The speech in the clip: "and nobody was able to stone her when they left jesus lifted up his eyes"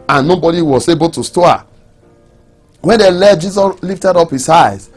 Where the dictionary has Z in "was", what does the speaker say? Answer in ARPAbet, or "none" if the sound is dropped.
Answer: S